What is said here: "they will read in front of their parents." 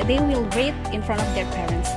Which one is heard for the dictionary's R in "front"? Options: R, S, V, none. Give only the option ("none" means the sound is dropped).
R